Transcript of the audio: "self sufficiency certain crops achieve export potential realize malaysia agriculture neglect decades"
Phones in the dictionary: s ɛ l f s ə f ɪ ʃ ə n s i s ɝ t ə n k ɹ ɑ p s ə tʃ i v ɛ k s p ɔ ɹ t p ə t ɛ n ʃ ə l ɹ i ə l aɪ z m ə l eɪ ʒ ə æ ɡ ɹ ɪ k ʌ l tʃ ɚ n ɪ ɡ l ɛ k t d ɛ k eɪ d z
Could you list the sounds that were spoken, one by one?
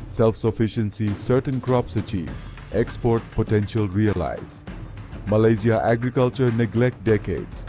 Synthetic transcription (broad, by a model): s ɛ l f s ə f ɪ ʃ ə n s i s ɝ t ə n k ɹ ɑ p s ə tʃ i v ɛ k s p ɔ ɹ t p ə t ɛ n ʃ ə l ɹ i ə l aɪ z m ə l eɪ z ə æ ɡ ɹ ɪ k ʌ l tʃ ɚ n ɪ ɡ l ɛ k t d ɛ k eɪ d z